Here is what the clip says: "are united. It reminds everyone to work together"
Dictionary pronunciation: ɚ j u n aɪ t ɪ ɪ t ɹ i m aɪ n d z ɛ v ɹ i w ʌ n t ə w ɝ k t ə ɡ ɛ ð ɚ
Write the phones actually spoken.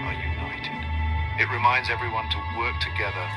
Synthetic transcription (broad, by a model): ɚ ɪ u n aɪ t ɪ ɪ t ɹ i m aɪ n d z ɛ v ɹ i w ʌ n t ə w ɝ k t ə ɡ ɛ ð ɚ